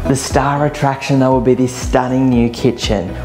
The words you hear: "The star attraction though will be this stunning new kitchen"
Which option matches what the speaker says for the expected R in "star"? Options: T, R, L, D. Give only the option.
R